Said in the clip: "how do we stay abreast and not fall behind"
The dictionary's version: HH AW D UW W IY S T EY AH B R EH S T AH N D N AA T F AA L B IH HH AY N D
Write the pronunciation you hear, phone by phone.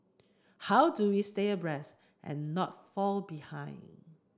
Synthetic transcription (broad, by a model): HH AW D UW W IY S T EY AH B R EH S T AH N N AA T F AA L B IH HH AY N